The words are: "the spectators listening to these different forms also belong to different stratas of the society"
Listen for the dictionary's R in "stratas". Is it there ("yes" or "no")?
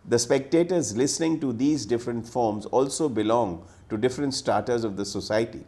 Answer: no